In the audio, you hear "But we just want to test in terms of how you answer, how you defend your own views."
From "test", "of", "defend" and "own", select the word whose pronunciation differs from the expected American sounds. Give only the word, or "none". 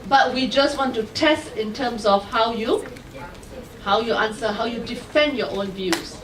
of